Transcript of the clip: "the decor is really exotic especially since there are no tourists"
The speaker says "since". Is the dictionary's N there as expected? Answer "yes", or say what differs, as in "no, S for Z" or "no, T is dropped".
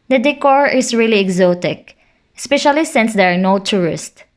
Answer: yes